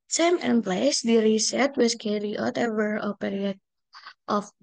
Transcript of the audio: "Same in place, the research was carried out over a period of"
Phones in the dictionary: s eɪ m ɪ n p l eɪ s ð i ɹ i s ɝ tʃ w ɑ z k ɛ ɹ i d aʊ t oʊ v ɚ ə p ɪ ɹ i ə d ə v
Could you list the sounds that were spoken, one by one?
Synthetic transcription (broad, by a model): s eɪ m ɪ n p l eɪ s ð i ɹ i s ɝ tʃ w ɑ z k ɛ ɹ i aʊ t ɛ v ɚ ə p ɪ ɹ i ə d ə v